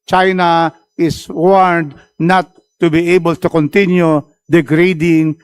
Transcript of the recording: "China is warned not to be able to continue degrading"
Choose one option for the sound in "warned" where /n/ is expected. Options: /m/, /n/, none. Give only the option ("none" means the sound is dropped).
none